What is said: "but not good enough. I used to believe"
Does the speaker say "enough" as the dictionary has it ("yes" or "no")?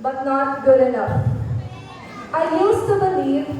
no